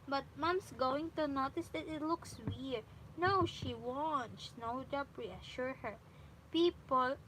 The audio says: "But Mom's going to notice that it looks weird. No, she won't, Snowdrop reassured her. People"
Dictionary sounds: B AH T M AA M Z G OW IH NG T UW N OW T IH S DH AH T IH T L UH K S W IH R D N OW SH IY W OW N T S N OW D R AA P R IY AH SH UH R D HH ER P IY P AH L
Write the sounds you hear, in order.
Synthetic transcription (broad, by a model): B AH T M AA M S G OW IH NG T UW N OW T IH S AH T IH T L UH K S W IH R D N OW SH IY W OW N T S N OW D AA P R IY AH SH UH R HH ER P IY P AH L